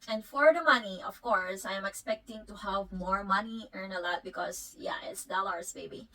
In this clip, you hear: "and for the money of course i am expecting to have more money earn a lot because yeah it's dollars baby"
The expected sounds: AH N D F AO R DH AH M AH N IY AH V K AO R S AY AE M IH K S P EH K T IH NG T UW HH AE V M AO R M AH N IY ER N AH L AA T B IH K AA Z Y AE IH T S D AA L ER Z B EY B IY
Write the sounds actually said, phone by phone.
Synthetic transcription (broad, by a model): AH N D F AO R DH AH M AH N IY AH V K AO R S AY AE M IH K S P EH K T IH NG T UW HH AE V M AO R M AH N IY ER N AH L AA T B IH K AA S Y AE IH T S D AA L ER S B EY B IY